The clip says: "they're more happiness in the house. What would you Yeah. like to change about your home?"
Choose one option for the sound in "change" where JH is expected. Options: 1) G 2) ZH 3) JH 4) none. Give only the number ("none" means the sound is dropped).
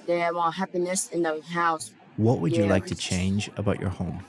3